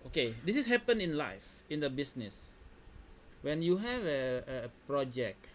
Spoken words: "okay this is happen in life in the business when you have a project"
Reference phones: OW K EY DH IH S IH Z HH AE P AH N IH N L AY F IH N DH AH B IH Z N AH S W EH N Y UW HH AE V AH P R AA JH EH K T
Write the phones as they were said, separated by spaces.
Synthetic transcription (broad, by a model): OW K EY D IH S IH S HH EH P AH N IH N L AY F IH N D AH B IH S N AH S W EH N Y UW HH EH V AH P R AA JH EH K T